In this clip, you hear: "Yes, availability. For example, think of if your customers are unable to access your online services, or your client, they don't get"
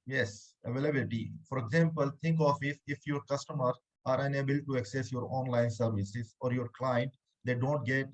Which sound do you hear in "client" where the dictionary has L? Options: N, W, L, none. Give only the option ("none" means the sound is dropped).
L